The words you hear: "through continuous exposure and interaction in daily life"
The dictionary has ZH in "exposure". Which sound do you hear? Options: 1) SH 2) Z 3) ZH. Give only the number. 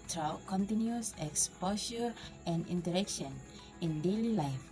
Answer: 1